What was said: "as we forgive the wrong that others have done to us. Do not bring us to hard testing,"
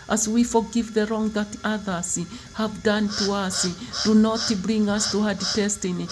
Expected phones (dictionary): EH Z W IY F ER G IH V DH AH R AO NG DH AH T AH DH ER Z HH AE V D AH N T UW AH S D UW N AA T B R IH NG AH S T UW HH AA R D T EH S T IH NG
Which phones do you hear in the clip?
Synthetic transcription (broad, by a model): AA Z W IY F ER G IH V DH AH R AO NG DH AH T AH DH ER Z HH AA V D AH N T UW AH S D UW N AA T B R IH NG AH S T UW HH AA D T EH S T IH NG